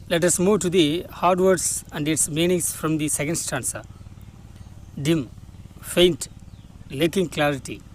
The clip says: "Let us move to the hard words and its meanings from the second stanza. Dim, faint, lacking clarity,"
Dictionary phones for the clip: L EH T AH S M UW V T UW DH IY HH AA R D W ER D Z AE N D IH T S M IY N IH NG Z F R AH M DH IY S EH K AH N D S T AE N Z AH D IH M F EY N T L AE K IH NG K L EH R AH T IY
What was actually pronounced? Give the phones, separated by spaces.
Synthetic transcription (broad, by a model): L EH T AH S M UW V T UW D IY HH AA R D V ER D S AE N D IH T S M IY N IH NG S F R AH M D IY S EH K AH N D S T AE N S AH D IH M F EY N T L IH K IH NG K L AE R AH T IY